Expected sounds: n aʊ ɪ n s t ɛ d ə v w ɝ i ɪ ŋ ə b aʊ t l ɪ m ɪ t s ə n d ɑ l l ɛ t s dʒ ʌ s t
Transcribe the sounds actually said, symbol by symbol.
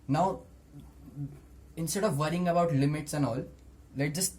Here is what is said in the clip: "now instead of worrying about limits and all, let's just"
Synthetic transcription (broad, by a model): n aʊ ɪ n s t ɛ d ə v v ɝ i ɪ ŋ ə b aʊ t l ɪ m ɪ t s ə n d ɑ l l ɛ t dʒ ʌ s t